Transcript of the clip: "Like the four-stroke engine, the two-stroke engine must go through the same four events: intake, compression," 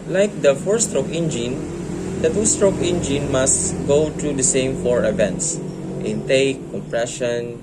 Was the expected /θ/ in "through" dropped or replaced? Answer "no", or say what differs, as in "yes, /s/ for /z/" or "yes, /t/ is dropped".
yes, /t/ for /θ/